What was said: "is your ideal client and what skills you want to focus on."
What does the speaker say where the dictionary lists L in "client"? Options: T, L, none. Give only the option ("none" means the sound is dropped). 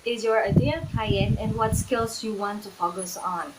none